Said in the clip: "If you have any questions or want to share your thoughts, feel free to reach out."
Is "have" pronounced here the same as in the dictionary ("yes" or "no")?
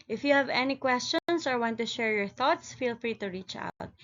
yes